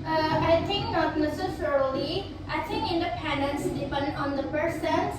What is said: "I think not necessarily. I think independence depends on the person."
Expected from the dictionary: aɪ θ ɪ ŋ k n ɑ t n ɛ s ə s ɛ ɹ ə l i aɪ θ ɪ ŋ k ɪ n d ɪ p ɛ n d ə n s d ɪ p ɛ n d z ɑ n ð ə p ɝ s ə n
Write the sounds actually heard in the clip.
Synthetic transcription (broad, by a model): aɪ t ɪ ŋ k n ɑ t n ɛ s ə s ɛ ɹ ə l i aɪ t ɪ ŋ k ɪ n d ɪ p ɛ n d ə n s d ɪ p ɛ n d ɑ n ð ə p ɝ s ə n